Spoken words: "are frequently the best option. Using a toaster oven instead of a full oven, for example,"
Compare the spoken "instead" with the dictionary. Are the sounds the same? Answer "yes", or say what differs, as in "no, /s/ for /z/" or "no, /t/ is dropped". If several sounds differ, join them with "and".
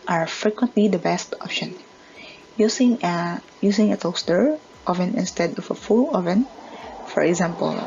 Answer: yes